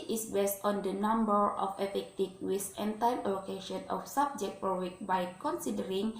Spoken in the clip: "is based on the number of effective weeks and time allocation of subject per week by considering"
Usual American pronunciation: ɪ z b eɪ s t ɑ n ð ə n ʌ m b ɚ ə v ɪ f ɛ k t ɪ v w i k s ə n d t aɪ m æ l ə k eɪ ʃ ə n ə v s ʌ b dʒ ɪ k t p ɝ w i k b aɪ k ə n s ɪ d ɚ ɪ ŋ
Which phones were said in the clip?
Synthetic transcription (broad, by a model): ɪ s b eɪ s t ɑ n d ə n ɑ m b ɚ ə f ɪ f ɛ k t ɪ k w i s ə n t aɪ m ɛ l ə k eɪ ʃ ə n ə f s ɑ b dʒ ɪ k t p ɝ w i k b aɪ k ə n s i d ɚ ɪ ŋ